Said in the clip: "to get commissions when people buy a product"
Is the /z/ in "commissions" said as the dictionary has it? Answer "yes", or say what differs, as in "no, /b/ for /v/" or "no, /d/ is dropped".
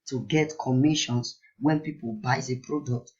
no, /s/ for /z/